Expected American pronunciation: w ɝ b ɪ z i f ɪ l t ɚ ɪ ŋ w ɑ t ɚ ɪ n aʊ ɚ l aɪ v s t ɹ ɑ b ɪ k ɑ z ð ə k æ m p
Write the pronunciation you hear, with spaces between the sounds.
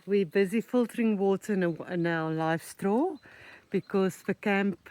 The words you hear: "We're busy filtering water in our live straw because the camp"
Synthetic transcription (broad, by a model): w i b ɪ z i f ɪ l t ɚ ɪ ŋ w ɑ t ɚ ɪ n aʊ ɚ l aɪ f s t ɹ ɑ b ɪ k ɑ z ð ə k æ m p